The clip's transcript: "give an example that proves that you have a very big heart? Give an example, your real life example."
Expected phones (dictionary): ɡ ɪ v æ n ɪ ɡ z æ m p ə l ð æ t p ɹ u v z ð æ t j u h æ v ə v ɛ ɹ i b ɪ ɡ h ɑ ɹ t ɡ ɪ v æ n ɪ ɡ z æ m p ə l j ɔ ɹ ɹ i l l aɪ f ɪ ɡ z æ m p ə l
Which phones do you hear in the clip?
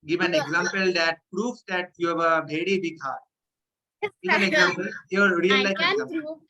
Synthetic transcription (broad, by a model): ɡ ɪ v æ n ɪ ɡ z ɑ m p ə l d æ t p ɹ u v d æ t j u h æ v ə b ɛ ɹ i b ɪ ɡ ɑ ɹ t ɡ ɪ v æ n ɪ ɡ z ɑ m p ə l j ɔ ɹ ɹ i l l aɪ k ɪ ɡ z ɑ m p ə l